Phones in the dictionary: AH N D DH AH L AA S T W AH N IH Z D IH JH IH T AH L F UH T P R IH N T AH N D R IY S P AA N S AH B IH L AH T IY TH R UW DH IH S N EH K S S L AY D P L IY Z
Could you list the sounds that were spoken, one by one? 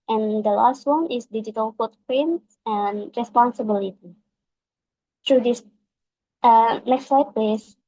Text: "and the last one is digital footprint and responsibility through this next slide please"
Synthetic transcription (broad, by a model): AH N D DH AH L AA S T W AH N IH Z D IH JH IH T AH L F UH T P R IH N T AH N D R IY S P AA N S AH B IH L AH T IY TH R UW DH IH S N EH K S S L AY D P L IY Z